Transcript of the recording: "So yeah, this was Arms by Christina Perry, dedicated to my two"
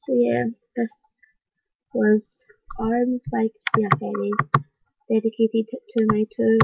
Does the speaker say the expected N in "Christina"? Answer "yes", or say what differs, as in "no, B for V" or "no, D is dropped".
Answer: no, N is dropped